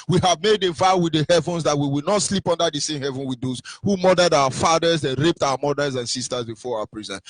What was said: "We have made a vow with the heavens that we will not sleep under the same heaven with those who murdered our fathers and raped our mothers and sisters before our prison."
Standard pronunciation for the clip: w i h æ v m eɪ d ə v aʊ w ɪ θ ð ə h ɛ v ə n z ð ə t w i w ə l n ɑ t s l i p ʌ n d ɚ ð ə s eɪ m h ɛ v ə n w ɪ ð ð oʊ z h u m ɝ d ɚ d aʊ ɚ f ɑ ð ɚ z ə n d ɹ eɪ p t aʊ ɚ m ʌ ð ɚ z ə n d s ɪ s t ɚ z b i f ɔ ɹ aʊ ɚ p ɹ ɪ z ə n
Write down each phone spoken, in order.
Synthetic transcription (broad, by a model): w i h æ v m eɪ d ə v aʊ w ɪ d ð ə h ɛ v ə n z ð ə t w i w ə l n ɑ t s l i p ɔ n d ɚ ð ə s eɪ m h ɛ v ə n w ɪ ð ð oʊ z h u m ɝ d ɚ d aʊ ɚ f ɑ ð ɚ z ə n ɹ eɪ p t aʊ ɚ m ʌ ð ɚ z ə n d s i s t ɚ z b i f ɔ ɹ aʊ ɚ p ɹ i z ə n